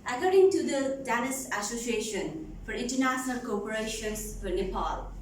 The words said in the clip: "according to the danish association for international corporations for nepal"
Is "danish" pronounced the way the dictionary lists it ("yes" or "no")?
no